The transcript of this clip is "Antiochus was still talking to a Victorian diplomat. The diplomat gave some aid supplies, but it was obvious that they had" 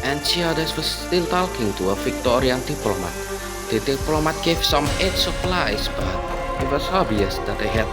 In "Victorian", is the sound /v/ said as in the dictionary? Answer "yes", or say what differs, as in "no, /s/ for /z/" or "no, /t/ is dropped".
no, /f/ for /v/